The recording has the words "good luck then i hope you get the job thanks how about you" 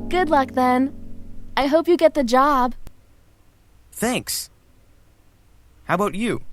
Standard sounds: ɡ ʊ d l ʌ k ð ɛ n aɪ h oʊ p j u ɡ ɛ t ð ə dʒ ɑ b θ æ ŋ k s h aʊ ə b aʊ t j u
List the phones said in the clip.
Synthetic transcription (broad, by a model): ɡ ʊ d l ʌ k ð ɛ n aɪ h oʊ p j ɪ ɡ ɛ t ð ə dʒ ɑ b θ æ ŋ k s h aʊ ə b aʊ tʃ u